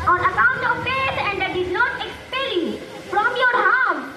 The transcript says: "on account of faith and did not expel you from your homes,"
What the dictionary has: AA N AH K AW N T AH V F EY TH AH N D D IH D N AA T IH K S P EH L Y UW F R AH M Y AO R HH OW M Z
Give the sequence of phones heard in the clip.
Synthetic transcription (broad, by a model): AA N AH K AW N T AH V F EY S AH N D D IH D N AA T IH K S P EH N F R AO M Y AO R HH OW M